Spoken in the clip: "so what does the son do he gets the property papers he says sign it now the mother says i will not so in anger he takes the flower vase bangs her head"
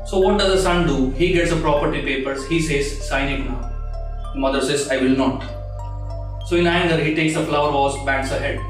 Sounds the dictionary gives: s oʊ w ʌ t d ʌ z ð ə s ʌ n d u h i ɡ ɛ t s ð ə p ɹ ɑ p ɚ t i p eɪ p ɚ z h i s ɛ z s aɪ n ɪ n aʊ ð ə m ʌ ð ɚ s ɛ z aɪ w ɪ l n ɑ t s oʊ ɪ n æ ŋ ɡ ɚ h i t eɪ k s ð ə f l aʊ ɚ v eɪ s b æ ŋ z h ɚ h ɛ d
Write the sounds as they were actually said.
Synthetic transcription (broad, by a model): s oʊ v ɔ t d ʌ z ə s ʌ n d u h i ɡ ɛ t s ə p ɹ ɑ p ɚ t i p eɪ p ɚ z h i s ɛ z s aɪ n ɪ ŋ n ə m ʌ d ɚ s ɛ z aɪ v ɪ l n ɑ t s oʊ ɪ n æ ŋ ɡ ɚ h i t eɪ k s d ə f l aʊ ɚ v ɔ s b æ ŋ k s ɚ h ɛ d